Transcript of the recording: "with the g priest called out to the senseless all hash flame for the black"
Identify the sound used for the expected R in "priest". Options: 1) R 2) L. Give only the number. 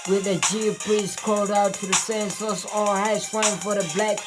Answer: 2